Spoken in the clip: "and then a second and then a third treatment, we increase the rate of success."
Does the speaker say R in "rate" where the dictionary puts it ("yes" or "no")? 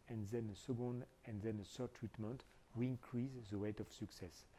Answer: no